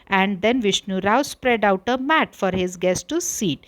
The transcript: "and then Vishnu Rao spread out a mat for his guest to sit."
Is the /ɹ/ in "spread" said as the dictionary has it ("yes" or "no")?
yes